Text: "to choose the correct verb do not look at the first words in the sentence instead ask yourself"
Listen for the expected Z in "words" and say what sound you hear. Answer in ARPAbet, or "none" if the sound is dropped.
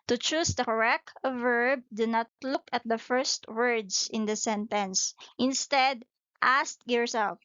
S